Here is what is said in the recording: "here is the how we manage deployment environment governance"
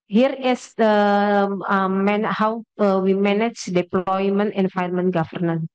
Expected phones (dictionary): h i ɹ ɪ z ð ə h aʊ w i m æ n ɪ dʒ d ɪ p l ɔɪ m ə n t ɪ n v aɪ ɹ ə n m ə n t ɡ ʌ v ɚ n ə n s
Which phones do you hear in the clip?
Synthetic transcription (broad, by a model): h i ɹ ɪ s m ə h aʊ w i m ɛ n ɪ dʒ d ɪ p l ɔɪ m ə n t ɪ n f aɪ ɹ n m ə n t ɡ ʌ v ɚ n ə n